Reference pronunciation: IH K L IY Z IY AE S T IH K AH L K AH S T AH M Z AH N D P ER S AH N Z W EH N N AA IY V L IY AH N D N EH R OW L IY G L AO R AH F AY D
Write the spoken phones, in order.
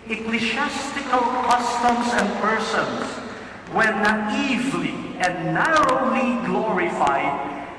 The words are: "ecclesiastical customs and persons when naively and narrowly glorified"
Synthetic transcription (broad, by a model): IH K L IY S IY S T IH K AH L K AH S T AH M S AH N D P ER S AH N S W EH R N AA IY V L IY AH N D N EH R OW L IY G L AO R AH F AY D